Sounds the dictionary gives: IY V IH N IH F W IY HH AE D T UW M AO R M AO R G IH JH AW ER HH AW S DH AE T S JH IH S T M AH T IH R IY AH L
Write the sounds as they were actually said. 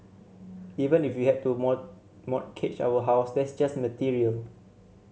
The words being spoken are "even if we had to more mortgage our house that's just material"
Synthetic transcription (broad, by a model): IY V IH N IH F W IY HH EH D T UW M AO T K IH CH AW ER HH AW S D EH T S JH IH S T M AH T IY R IY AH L